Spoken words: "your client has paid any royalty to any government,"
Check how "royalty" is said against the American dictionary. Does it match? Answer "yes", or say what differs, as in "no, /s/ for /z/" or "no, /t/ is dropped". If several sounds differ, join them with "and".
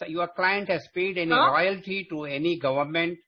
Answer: no, /l/ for /ɹ/